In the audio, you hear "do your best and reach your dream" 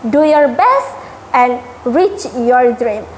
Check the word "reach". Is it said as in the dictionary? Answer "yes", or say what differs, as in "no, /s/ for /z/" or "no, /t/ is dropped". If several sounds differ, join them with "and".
yes